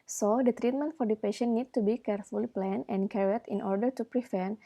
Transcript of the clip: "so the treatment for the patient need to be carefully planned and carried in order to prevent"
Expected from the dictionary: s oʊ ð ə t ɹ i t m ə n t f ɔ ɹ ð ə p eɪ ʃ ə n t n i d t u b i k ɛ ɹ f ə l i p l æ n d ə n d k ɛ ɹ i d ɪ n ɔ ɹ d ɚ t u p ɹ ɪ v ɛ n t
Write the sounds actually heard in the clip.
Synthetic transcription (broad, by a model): s oʊ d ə t ɹ i t m ə n t f ɔ ɹ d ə p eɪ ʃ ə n n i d t u b i k ɛ ɹ f ə l i p l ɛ n ə n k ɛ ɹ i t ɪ n ɔ ɹ d ɚ t u p ɹ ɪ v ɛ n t